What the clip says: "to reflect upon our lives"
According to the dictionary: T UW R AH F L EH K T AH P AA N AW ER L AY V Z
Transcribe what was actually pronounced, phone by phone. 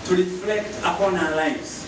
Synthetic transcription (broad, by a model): T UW R AH F L EH K T AH P AA N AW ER L AY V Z